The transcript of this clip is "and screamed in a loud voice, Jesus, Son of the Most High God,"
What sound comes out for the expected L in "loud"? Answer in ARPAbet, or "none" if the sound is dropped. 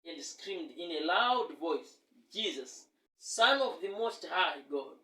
L